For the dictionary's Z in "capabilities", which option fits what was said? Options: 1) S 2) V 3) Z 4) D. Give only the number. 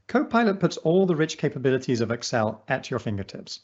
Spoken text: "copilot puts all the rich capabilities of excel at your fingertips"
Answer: 3